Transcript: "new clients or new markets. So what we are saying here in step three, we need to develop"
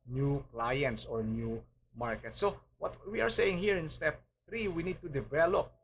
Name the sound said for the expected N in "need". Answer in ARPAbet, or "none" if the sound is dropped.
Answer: N